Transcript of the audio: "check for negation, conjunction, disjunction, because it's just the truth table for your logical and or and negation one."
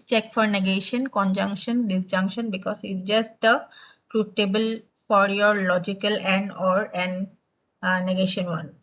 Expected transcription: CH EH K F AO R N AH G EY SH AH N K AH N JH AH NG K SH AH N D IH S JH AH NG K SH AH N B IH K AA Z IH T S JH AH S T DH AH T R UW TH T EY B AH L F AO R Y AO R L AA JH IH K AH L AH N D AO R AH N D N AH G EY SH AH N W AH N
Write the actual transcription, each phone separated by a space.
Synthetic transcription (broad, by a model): CH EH K F AO R N AH G EY SH AH N K AH N JH AH NG K SH AH N D IH S JH AH NG K SH AH N B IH K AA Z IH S JH AH S T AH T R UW T EY B AH L F AO R Y AO R L AA JH IH K AH L AH N D AO R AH N N AH G EY SH AH N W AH N